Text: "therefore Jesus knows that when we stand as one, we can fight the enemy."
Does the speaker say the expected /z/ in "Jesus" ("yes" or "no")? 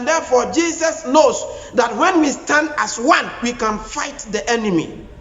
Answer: no